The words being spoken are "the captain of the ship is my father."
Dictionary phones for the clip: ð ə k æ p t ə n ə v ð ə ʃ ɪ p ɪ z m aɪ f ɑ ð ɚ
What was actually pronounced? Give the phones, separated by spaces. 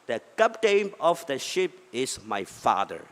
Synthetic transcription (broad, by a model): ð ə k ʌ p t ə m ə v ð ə ʃ ɪ p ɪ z m aɪ f ɑ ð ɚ